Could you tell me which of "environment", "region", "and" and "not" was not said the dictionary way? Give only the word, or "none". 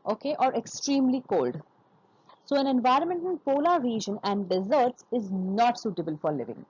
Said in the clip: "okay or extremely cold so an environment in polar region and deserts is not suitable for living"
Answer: none